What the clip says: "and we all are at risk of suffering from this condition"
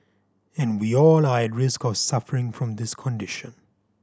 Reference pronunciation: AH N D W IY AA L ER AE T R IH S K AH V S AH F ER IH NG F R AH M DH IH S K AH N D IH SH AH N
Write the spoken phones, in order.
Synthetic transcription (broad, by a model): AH N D W IY AA L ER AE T R IH S K AH V S AH F ER IH NG F R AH M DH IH S K AH N D IH SH AH N